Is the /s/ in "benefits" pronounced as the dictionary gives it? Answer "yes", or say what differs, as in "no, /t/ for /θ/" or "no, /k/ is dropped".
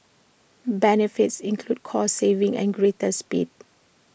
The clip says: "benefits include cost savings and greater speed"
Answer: yes